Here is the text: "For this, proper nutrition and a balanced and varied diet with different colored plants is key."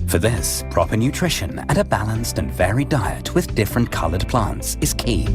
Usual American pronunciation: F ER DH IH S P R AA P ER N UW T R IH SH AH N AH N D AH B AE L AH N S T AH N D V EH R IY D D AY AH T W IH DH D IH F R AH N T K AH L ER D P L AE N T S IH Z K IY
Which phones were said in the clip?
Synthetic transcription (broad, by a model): F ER DH IH S P R AA P ER N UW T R IH SH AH N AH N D AH B AE L AH N S T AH N V EH R IY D D AY AH T W IH DH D IH F R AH N K AH L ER D P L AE N T S IH Z K IY